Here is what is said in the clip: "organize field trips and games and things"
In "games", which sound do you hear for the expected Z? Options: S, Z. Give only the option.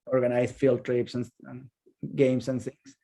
S